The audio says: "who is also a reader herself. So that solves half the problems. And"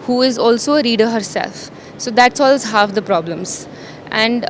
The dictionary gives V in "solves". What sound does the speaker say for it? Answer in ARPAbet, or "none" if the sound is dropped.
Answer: none